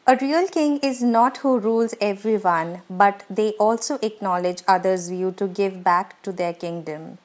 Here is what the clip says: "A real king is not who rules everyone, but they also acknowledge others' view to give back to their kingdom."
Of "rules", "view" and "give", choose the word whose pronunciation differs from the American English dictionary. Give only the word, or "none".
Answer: none